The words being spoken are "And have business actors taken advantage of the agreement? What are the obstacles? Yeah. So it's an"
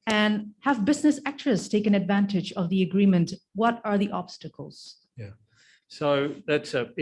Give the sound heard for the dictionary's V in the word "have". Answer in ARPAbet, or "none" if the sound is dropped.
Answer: V